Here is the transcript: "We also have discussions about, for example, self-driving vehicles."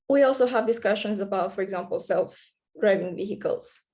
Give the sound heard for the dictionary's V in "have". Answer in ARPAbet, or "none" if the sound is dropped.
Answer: V